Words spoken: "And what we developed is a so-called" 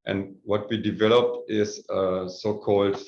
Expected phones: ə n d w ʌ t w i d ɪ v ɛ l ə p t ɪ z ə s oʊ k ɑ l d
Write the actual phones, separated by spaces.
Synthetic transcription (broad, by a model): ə n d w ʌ t w i d ɪ v ɛ l ə p t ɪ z ə s oʊ k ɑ l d